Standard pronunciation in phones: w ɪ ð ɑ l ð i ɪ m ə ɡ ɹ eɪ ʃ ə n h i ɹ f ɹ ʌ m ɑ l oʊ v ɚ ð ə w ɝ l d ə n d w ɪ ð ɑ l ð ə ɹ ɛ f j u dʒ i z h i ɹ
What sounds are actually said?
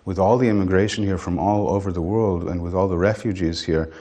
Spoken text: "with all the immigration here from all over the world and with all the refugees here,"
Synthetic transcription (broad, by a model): w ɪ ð ɑ l ð i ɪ m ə ɡ ɹ eɪ ʃ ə n h i ɹ f ɹ ʌ m ɑ l oʊ v ɚ ð ə w ɝ l d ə n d w ɪ ð ɑ l ð ə ɹ ɛ f j u dʒ i z h i ɹ